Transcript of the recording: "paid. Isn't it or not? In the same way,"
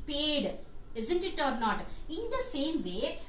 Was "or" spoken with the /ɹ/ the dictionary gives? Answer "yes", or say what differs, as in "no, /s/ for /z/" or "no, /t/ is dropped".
yes